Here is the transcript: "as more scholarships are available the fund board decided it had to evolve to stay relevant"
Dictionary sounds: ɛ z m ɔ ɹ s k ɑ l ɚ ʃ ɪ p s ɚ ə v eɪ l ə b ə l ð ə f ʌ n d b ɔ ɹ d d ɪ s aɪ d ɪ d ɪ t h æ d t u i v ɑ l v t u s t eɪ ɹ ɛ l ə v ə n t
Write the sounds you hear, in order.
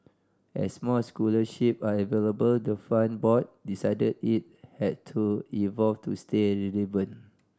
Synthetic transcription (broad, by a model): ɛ s m ɔ s k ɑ l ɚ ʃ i p ɑ ə v eɪ l ə b ə l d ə f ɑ n b ɔ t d d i s aɪ d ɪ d ɪ t h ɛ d t u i v ɑ l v t u s t eɪ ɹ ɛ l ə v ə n